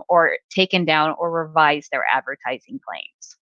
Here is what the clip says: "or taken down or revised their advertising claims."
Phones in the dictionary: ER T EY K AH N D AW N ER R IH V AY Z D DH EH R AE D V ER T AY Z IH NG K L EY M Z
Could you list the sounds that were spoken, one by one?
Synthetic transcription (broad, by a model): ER T EY K AH N D AW N ER R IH V AY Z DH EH R AE D V ER T AY Z IH NG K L EY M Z